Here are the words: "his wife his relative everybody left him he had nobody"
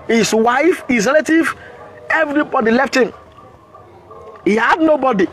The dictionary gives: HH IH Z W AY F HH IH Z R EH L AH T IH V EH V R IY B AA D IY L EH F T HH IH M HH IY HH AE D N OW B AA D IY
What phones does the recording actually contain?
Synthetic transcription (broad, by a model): HH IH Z W AY F HH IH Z R EH L AH T IH V EH V R IY B AA D IY L EH F T HH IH M HH IY HH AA D N OW B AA D IY